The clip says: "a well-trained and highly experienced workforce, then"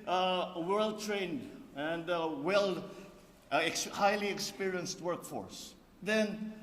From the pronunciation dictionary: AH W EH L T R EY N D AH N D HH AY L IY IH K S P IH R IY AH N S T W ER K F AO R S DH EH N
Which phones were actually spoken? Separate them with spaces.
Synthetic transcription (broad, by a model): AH W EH L T R EY N D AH N D HH AY L IY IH K S P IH R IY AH N S T W ER K F AO R S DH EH N